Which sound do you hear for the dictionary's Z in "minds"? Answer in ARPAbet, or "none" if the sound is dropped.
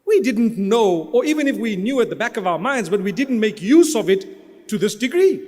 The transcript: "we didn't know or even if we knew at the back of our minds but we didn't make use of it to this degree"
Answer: Z